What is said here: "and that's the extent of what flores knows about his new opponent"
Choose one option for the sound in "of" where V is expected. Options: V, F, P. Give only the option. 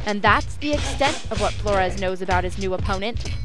V